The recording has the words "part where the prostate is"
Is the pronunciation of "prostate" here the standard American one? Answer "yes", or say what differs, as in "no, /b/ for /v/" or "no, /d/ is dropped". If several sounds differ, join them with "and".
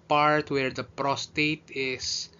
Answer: yes